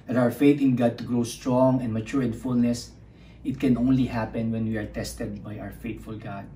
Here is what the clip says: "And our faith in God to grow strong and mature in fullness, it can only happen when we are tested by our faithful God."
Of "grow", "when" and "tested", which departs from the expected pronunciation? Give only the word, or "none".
none